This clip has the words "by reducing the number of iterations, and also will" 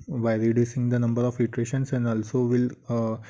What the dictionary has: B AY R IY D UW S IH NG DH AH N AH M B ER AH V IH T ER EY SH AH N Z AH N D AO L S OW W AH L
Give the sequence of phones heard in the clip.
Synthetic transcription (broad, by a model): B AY R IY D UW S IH NG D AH N AH M B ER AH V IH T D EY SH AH N S AH N D AO L S OW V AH L